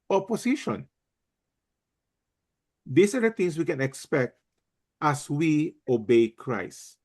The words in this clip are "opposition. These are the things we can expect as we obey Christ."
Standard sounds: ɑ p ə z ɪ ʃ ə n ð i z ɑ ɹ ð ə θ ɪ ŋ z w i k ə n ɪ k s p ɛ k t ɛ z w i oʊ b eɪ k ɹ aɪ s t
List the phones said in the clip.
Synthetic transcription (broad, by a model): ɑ p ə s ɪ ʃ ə n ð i s ɑ ɹ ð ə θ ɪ ŋ s w i k ə n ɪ k s p ɛ k t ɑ s w i oʊ b eɪ k ɹ aɪ s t